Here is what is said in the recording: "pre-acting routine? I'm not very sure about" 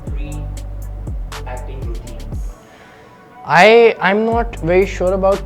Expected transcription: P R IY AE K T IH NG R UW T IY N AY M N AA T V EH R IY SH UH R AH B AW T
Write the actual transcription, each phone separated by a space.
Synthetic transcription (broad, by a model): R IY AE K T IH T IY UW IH AY M N AA T V EH R IY SH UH R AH B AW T